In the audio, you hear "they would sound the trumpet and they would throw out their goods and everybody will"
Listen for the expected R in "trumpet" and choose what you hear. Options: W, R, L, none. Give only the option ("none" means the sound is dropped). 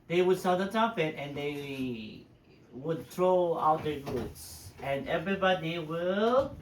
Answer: none